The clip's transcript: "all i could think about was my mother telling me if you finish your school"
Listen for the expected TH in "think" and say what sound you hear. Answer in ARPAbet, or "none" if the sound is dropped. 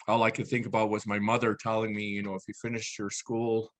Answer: TH